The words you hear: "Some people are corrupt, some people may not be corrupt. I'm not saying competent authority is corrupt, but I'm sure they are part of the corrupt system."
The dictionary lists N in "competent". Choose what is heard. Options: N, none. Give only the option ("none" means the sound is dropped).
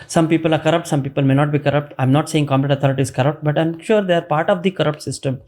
none